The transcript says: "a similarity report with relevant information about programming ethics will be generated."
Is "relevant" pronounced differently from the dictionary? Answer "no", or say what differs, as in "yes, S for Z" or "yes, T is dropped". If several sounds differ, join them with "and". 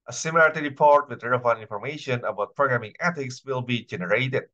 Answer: yes, V is dropped and T is dropped